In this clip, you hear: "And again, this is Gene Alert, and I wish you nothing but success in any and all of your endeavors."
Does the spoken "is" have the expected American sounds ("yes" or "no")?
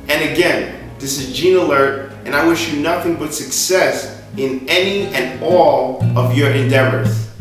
yes